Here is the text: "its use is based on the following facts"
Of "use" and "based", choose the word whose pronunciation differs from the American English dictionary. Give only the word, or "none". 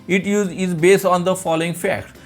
use